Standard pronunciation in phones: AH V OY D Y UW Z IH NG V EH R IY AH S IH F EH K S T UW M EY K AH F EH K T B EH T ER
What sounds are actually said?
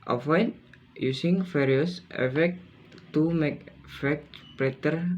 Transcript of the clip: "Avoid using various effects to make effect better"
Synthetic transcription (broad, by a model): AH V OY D Y UW S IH NG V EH R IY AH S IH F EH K T UW M EY K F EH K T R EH T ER